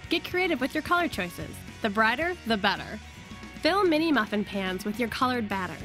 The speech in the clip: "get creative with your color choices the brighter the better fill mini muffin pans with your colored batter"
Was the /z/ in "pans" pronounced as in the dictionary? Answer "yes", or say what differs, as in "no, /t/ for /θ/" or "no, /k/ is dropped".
yes